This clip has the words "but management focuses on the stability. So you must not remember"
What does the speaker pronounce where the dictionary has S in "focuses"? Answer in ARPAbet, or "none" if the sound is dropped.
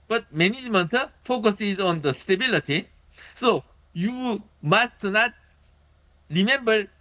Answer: S